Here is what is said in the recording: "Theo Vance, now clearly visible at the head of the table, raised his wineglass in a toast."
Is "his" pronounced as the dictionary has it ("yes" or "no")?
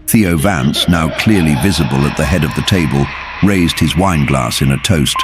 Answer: yes